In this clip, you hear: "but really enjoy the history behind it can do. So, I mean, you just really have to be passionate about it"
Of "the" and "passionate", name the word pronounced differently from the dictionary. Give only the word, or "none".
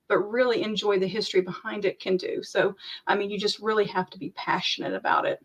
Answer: none